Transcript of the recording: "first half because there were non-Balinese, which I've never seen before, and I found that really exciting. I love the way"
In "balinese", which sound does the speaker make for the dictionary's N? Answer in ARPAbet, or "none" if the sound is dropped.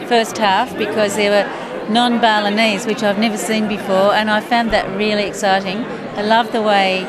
N